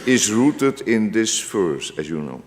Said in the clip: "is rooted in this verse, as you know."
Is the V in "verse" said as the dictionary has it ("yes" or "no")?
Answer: no